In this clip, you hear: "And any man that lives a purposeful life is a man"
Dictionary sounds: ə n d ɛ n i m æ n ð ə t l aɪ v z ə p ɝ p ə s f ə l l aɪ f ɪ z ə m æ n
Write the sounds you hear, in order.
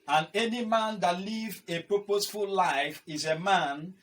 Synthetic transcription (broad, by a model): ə n ɛ n i m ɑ n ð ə t l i v ə p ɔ p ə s f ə l l aɪ f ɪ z ə m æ n